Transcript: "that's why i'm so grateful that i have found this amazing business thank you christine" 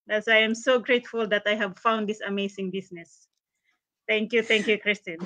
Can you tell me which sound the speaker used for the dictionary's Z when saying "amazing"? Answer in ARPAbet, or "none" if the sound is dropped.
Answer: S